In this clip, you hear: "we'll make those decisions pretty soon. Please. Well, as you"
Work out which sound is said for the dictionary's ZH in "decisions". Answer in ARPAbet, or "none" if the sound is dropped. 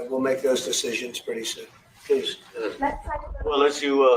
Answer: ZH